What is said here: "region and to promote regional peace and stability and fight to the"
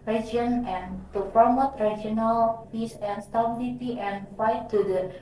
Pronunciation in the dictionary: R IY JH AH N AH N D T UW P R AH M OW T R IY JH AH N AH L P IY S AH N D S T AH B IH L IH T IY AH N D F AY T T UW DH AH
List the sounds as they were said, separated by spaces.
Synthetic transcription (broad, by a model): R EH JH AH N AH N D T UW F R M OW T R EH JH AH N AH L P IY S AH N S T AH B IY L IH T IY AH N F AY T T UW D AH